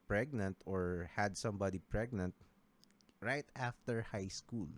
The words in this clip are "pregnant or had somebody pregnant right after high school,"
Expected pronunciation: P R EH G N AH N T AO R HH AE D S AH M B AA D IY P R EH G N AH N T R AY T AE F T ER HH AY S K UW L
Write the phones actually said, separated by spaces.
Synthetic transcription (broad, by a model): P R EH G N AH N T AO R HH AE D S AH M B AA D IY P R EH G N AH N T R AY T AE F T ER HH AY S K UW L